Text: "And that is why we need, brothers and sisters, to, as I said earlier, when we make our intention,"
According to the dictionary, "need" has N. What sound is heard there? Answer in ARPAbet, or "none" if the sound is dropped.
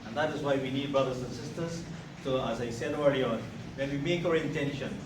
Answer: N